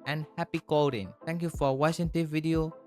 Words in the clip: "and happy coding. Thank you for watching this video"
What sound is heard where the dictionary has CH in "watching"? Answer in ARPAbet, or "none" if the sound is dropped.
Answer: SH